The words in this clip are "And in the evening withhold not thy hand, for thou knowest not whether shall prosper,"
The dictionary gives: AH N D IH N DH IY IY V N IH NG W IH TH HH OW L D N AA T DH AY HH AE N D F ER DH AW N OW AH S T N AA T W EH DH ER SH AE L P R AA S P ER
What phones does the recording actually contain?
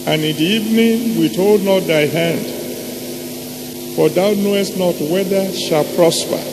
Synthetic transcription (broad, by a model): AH N IH N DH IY IY V N IH NG W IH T OW L D N AA T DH AY HH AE N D F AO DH AW N OW AH S T N AA T W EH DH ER SH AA L P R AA S P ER